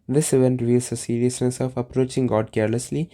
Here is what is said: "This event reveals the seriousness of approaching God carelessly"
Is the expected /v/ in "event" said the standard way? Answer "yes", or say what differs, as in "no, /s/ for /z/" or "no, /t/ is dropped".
yes